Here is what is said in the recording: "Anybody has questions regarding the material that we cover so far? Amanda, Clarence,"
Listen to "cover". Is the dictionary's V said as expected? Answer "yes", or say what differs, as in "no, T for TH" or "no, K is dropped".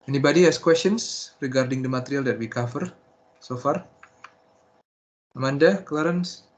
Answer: no, F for V